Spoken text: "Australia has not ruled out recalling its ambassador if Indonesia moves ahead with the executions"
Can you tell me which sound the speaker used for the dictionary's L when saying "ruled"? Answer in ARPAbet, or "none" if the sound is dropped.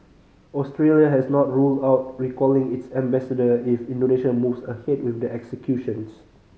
L